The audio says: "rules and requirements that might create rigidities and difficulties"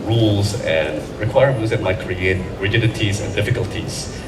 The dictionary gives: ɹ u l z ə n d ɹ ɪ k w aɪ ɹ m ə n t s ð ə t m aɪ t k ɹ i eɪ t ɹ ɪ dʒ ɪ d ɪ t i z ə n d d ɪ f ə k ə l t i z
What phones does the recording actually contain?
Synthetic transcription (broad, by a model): ɹ u l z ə n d ɹ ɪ k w aɪ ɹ ə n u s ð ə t m aɪ t k ɹ i eɪ t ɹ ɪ dʒ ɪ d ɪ t i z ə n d d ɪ f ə k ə l t i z